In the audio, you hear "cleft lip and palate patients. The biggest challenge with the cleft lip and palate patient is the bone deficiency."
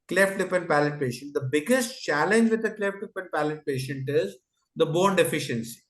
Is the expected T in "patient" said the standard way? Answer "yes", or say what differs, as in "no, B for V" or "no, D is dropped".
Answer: yes